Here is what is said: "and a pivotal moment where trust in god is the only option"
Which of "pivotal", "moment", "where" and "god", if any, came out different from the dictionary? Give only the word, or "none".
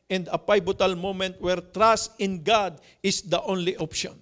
pivotal